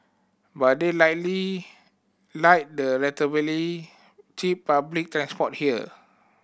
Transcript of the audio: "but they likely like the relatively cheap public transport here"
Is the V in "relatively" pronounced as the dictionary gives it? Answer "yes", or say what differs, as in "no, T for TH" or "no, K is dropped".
no, V is dropped